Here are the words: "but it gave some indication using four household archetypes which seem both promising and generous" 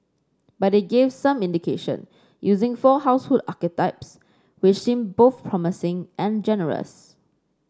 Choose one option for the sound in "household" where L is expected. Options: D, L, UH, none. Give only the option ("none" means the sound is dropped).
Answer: none